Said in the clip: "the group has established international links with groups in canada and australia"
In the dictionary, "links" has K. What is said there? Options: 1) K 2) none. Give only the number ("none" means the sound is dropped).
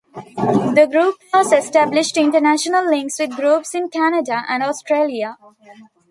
1